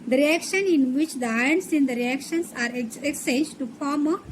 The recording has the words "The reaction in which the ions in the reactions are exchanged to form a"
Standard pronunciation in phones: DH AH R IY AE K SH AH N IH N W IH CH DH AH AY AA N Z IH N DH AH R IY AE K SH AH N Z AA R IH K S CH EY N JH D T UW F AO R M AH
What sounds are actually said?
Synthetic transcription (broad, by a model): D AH R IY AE K SH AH N IH N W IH CH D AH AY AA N S IH N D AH R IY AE K SH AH N S AA R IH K S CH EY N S T UW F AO R M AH